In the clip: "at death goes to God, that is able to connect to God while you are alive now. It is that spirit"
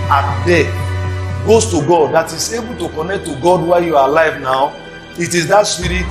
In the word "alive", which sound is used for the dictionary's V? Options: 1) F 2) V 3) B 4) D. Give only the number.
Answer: 2